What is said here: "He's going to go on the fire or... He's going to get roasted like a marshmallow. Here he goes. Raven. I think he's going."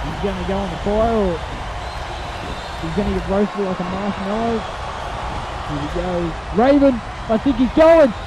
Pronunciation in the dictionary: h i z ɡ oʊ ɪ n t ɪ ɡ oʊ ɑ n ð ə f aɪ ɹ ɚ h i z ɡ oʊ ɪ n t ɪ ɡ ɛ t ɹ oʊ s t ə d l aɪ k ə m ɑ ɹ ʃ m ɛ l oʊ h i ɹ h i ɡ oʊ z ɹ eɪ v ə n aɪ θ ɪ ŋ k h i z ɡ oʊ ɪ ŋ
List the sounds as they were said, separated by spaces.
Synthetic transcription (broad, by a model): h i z ɡ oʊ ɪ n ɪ ɡ oʊ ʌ n ð ə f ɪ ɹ ɚ h i z ɡ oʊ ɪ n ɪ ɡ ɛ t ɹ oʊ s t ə l aɪ k ə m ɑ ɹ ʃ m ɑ ɪ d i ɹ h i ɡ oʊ ɹ eɪ v ə n aɪ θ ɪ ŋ k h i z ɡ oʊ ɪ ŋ